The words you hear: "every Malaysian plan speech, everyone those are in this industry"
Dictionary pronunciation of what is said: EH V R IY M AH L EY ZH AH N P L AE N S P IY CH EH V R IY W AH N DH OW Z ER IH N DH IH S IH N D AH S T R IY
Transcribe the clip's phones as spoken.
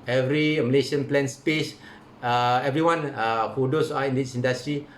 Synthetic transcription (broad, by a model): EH V R IY M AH L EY SH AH N P L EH N S P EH S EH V R IY W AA N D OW S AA IH N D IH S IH N D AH S T R IY